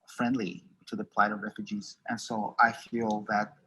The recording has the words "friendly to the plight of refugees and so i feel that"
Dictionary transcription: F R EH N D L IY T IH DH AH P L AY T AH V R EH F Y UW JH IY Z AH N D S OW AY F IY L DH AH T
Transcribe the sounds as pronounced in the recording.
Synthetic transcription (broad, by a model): F R EH N D L IY T IH DH AH P L AY T AH V R EH F Y UW JH IY Z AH N S OW AY F IY L DH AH T